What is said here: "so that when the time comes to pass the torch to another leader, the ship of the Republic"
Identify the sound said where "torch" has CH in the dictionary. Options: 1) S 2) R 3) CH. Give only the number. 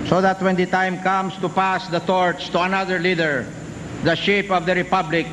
1